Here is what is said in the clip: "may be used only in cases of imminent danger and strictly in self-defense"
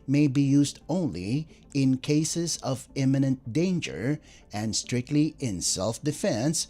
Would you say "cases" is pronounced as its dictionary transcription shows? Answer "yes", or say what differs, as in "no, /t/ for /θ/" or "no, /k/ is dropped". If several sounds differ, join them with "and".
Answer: yes